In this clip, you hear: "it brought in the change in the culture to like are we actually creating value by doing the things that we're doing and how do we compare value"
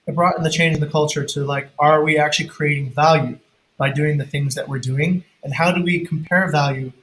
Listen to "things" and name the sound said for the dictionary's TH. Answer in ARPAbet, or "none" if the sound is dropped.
TH